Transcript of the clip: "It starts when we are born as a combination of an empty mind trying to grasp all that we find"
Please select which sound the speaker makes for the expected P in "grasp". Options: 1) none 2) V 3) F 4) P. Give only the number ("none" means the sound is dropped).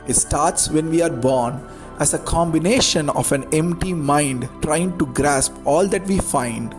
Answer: 4